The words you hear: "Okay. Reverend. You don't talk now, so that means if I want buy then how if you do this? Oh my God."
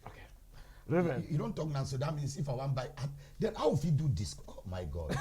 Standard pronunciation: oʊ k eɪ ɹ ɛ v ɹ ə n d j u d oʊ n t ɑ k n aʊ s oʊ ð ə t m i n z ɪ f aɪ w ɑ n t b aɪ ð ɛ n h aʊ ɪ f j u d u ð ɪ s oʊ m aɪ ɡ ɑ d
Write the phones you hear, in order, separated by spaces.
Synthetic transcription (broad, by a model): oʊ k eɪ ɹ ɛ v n j u d oʊ n t ɑ k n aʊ s oʊ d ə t m i n s ɪ f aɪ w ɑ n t b aɪ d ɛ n h aʊ ɪ f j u d u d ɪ s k m aɪ ɡ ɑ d